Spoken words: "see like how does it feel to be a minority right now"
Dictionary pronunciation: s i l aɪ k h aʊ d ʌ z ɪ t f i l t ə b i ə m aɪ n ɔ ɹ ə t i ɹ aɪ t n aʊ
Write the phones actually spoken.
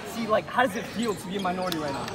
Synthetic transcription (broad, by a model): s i l aɪ k h aʊ d ʌ z ɪ t f i l t ə b i ə m aɪ n ɔ ɹ ə t i ɹ aɪ t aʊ